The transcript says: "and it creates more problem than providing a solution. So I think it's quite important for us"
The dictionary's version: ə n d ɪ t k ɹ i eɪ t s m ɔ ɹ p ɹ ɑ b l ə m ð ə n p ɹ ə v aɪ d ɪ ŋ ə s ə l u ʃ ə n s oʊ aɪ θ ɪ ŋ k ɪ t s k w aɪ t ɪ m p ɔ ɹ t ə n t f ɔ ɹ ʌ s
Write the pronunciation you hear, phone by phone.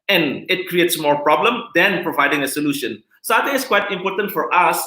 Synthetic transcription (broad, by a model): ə n ɪ t k ɹ i eɪ t s m ɔ ɹ p ɹ ɑ b l ə m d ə n p ɹ ə v aɪ d ɪ ŋ ə s ə l u ʃ ə n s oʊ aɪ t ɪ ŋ ɪ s k w aɪ t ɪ m p ɔ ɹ t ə n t f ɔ ɹ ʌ s